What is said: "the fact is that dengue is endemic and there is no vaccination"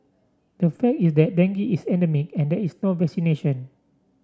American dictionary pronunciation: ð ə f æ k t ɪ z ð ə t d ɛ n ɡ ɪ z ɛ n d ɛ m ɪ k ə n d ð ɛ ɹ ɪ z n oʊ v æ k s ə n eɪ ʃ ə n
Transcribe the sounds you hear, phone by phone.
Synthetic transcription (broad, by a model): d ə f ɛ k t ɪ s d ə t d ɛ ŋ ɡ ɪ s ɛ n d ɛ m ɪ k ə n d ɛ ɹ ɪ s n oʊ v æ k s ə n eɪ ʃ ə n